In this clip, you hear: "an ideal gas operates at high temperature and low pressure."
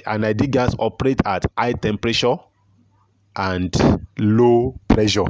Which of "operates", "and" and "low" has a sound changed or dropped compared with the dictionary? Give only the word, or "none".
operates